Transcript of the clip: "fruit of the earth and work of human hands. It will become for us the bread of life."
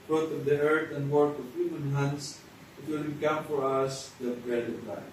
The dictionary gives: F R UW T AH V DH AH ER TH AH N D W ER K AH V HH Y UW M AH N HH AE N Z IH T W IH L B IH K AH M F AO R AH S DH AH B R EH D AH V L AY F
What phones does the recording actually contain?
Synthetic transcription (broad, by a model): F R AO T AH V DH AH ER T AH N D W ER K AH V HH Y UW M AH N HH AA N S IH T W IH L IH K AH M F AO R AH S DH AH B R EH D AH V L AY